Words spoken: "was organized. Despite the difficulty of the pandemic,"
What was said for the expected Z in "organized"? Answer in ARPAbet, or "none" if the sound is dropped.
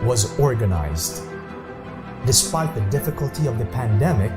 Z